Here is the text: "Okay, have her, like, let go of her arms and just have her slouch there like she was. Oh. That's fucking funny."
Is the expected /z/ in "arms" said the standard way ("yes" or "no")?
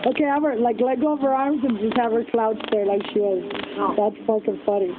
yes